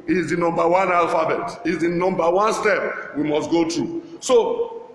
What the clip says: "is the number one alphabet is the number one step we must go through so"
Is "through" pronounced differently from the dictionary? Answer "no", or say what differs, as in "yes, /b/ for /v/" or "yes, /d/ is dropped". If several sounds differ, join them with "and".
yes, /t/ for /θ/